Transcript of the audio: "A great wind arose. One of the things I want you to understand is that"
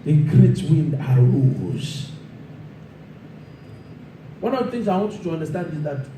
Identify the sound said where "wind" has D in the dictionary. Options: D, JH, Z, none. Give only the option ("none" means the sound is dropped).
D